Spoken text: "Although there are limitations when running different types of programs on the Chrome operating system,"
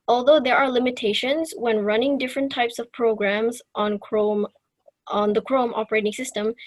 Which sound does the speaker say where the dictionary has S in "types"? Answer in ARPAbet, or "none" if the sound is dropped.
S